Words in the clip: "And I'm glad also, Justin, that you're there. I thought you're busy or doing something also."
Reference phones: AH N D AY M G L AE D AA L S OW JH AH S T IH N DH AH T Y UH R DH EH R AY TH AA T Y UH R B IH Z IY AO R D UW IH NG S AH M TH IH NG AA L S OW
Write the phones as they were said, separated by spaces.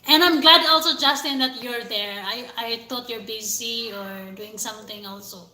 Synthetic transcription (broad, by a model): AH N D AY M G L AE D AA L S OW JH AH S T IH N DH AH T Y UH R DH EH R AY T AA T Y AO R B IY S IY AO R D UW IH NG S AH M TH IH NG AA L S OW